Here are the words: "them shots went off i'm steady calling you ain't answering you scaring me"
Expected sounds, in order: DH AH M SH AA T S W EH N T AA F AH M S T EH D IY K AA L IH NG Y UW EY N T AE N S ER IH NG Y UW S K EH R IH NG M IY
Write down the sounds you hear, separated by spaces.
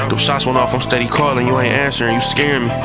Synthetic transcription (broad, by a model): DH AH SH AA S W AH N AA F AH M S T EH D IY K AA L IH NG Y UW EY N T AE N S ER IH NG Y UW S K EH R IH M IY